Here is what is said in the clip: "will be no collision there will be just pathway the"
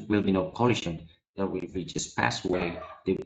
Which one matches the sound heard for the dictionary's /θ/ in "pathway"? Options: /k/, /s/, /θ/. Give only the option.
/s/